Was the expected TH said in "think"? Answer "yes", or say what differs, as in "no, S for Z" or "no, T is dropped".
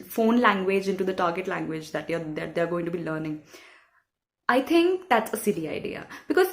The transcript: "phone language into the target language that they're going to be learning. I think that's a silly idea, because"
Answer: no, T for TH